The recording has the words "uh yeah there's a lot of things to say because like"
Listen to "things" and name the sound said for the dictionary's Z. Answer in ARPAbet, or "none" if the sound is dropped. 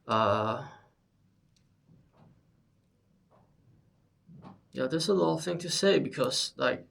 none